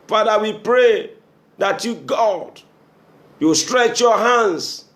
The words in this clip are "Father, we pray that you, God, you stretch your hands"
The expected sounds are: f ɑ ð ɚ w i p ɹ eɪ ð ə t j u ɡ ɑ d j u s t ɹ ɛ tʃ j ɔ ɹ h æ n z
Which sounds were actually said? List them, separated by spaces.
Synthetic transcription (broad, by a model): f ɑ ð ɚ w i p ɹ eɪ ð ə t j u ɡ ɑ d j u s t ɹ ɛ tʃ j ɔ h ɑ n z